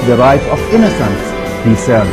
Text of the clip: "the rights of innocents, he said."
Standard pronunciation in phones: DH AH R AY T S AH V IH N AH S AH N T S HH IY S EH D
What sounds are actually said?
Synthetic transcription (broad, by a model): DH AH R AY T AH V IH N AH S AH N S HH IY S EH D